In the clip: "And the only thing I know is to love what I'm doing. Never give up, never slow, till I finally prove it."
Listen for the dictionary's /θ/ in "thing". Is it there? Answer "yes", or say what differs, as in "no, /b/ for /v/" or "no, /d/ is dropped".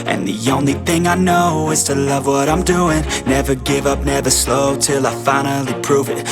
yes